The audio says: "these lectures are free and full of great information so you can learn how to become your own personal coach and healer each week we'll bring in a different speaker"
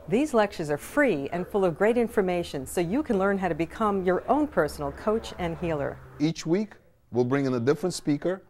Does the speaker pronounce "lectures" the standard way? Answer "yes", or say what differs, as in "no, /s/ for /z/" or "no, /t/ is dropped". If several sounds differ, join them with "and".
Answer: yes